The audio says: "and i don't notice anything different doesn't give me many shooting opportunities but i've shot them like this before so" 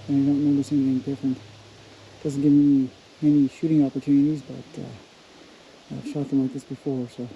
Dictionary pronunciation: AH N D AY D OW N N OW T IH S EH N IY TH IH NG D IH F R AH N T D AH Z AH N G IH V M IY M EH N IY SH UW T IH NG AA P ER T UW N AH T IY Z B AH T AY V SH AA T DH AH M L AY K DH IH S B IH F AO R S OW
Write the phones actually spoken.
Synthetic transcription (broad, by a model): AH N AY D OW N N OW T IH S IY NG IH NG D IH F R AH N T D AH Z N G IH V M IY M EH N IY SH UW T IH NG AA P ER T UW N AH T IY Z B AH T AY V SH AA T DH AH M L AY K DH IH S B IH F AO R S OW